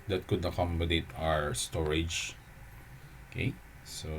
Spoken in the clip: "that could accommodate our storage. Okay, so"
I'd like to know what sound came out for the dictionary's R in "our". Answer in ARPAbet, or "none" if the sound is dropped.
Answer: R